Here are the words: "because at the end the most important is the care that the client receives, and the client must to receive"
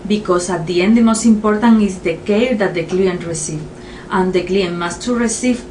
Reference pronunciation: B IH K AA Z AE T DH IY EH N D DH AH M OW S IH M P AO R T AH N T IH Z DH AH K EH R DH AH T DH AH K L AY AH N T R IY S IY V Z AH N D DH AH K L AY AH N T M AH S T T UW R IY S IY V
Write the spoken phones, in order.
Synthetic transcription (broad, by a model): B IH K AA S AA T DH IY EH N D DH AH M OW S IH M P AO R T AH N IH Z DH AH K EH L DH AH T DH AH K L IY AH N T R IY S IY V AH N D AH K L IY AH N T M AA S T T UW R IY S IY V